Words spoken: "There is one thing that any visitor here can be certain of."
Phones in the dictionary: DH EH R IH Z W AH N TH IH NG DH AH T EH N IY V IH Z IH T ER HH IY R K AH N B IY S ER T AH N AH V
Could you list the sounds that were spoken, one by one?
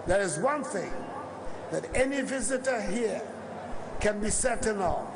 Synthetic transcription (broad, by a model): DH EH R IH Z W AH N TH IH NG DH AH T EH N IY V IH Z IH T ER HH IY R K AH N B IY S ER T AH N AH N